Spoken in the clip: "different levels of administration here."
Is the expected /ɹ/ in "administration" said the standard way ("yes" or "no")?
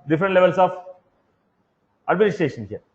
yes